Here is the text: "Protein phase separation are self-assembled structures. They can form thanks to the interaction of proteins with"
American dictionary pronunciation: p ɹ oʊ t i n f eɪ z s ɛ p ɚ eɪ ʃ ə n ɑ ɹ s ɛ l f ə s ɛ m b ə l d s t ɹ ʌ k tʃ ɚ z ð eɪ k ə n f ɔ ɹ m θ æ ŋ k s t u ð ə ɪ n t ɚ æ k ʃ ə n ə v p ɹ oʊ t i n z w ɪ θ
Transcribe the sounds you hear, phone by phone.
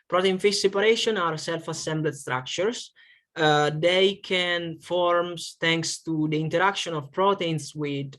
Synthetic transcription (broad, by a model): p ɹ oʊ t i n f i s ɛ p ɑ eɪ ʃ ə n ɑ ɹ s ɛ l f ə s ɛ m b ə d s t ɹ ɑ k tʃ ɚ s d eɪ k ə n f ɔ ɹ m t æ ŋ k s t u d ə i n t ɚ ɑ k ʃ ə n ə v p ɹ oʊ t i n s w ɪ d